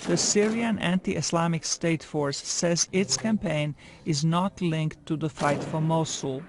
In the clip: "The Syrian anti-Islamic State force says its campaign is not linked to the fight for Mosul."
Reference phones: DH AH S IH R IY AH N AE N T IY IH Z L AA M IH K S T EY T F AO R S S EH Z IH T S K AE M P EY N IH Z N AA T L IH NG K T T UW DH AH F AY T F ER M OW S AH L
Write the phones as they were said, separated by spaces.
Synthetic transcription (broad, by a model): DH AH S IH R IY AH N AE N T IY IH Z L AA M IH K S T EY T F AO R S S EH Z IH T S K AE M P EY N IH Z N AA T L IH NG K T T UW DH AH F AY T F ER M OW S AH L